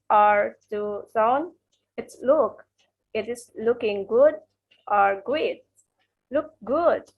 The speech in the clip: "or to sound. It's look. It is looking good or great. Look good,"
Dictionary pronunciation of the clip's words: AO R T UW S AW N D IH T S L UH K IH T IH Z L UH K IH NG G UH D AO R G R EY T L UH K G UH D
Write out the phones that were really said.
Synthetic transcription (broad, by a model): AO R T UW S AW N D IH T S L UH K IH T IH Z L UH K IH NG G UH D AO R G EY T L UH K G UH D